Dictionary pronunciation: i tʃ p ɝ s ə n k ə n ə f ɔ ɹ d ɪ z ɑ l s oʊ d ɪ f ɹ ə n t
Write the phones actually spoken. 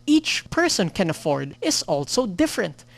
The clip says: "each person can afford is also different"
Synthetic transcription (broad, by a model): i tʃ p ɝ s ə n k ə n ə f ɔ ɹ d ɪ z ɑ l s oʊ d ɪ f ɹ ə n t